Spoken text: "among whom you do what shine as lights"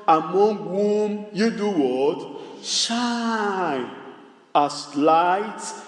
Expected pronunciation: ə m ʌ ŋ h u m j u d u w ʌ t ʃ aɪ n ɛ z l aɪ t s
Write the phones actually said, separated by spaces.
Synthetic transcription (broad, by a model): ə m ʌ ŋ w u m j u d u w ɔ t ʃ aɪ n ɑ s l aɪ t